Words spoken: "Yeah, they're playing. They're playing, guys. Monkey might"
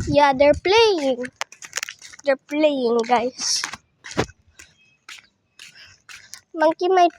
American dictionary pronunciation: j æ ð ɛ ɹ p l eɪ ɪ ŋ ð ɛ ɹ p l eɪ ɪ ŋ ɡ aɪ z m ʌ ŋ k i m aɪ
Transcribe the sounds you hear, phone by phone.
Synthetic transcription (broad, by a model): j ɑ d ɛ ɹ p l eɪ ɪ ŋ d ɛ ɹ p l eɪ ɪ ŋ ɡ aɪ s m ʌ ŋ k i m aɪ